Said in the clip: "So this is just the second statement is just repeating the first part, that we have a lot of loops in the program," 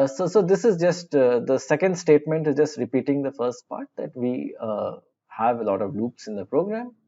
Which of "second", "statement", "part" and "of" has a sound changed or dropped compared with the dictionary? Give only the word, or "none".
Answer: none